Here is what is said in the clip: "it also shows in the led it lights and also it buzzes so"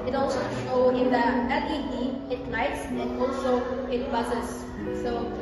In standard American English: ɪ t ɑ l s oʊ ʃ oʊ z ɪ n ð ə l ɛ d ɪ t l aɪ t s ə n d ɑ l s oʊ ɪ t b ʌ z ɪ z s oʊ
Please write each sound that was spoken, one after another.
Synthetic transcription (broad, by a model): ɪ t ɑ l s oʊ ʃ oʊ ɪ n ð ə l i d ɪ t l aɪ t s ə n ɑ l s oʊ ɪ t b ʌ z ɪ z s oʊ